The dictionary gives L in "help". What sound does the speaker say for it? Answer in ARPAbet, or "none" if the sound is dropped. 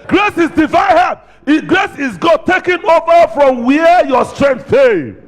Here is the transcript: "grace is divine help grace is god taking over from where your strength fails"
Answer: none